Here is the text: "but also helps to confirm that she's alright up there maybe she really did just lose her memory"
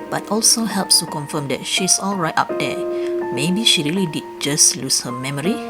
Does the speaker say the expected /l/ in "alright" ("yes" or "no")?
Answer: yes